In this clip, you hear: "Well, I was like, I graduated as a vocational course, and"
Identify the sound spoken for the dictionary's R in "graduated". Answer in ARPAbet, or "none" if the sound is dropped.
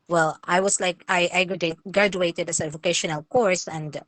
R